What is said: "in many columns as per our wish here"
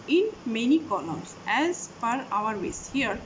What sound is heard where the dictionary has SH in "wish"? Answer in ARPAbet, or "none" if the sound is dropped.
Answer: S